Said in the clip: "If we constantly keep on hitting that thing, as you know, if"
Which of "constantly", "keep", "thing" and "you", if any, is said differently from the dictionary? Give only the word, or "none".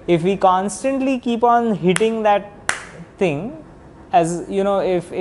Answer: thing